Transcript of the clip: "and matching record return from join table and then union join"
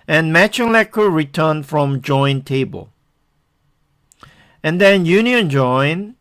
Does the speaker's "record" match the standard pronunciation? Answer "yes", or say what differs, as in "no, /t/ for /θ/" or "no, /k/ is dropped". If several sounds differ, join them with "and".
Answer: no, /l/ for /ɹ/